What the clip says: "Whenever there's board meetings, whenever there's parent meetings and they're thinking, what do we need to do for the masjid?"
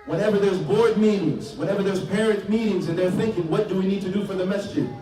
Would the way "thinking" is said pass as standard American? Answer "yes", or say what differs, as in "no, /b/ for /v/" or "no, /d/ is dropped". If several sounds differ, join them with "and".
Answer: yes